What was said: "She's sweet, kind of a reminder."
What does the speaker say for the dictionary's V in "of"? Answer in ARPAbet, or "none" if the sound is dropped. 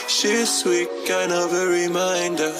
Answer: V